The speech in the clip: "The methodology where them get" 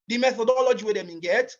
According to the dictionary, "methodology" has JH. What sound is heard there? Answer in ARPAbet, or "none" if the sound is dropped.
JH